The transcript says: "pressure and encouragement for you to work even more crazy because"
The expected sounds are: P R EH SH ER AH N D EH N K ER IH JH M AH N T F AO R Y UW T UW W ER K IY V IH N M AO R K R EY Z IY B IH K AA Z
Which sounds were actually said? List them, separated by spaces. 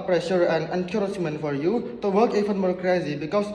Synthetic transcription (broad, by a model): P R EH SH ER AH N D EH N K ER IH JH M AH N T F AO R Y UW T UW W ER K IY F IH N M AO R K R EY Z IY B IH K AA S